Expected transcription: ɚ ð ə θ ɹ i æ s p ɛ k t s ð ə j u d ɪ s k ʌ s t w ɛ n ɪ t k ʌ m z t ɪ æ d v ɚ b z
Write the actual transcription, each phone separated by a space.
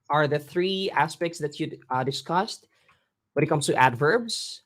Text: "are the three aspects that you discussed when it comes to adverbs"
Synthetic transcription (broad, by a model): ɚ ð ə θ ɹ i æ s p ɛ k t s ð ə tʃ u d ɪ s k ʌ s t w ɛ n ɪ t k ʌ m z t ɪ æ d v ɚ b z